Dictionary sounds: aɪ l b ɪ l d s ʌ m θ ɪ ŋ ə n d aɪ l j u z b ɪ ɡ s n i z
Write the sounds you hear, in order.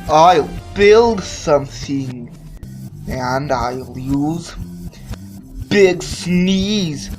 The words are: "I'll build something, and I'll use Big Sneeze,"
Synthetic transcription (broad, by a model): aɪ l b ɪ l d s ʌ m θ ɪ ŋ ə n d aɪ l j u z b ɪ ɡ s n i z